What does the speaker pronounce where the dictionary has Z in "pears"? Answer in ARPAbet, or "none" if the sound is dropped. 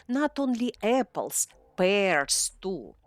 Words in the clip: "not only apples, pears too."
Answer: S